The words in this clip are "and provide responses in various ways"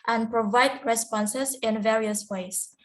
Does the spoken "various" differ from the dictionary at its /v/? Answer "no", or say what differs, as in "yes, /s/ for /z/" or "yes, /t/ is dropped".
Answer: no